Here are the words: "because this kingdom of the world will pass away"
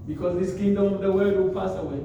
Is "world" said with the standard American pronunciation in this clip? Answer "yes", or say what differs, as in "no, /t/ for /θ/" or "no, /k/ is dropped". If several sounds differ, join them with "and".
no, /l/ is dropped